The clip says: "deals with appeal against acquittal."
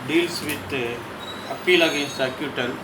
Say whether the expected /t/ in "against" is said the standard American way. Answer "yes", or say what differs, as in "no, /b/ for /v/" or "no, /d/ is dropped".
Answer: no, /t/ is dropped